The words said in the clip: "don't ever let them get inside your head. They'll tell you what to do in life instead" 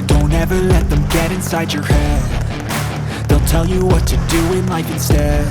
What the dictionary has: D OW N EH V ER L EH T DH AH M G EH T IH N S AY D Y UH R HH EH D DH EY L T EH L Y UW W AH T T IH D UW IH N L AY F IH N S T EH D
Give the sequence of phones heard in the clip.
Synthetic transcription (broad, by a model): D OW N EH V ER L EH T DH AH M G EH T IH N S AY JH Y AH R HH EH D DH EY L T EH L Y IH W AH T T IH D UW IH N L AY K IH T S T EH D